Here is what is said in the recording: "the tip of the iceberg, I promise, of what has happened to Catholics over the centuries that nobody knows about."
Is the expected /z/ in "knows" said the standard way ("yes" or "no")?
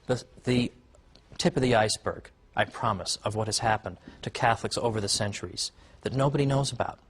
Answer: yes